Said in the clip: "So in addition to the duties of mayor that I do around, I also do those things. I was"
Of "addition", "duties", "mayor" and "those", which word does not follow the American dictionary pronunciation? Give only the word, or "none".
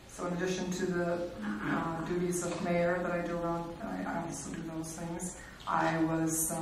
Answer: none